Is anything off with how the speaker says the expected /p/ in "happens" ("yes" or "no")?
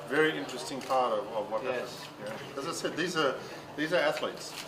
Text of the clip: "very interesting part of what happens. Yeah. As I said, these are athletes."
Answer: yes